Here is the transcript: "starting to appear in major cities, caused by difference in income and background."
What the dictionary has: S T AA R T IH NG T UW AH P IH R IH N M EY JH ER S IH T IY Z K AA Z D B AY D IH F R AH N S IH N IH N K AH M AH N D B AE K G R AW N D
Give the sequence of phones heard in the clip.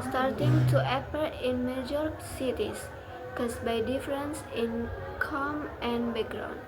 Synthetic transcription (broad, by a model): S T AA R T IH NG T UW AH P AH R IH N M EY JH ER S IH T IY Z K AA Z B AY D IH F R AH N S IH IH N K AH M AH N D B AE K G R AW N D